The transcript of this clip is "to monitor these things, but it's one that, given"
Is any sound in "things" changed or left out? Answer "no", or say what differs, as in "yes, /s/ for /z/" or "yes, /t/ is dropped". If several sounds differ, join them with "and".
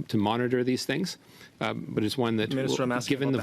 no